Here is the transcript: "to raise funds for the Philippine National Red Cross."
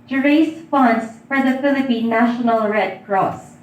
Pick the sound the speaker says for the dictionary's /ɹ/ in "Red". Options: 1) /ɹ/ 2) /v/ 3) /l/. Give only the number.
1